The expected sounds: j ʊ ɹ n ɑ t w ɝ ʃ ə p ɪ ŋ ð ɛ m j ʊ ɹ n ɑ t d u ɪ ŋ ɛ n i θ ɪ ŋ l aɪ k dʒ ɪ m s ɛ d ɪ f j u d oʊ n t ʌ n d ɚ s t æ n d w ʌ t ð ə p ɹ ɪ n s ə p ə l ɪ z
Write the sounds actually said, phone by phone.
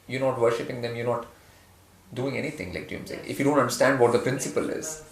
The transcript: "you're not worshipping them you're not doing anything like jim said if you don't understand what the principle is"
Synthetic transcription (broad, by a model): j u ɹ n ɑ t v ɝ ʃ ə p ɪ ŋ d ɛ m j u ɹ n ɑ t d u ɪ ŋ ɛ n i t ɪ ŋ l aɪ k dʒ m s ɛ ɪ f j u d oʊ n t ʌ n d ɚ s t æ n d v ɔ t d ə p ɹ ɪ n s ə p ə l ɪ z